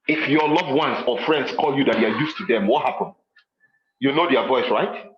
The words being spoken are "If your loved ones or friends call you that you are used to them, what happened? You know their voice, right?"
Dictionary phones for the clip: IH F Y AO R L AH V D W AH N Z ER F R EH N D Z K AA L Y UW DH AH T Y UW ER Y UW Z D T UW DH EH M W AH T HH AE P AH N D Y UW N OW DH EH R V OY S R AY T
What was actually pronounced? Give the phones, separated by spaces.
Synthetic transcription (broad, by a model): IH F Y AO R L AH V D W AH N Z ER F R EH N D S K AA L Y UW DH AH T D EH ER Y UW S T UW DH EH M W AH T HH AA P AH N Y UW N OW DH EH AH V OY S R AY T